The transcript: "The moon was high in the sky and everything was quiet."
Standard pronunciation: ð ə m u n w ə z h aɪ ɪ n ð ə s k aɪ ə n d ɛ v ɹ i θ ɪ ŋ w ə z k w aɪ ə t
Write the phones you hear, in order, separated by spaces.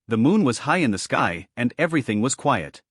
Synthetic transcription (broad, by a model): ð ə m u n w ə z h aɪ ɪ n ð ə s k aɪ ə n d ɛ v ɹ i θ ɪ ŋ w ə z k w aɪ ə t